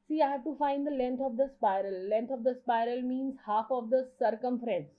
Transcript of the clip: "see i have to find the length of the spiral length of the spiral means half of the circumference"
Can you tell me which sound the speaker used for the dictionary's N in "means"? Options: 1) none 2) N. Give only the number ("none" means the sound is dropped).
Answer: 2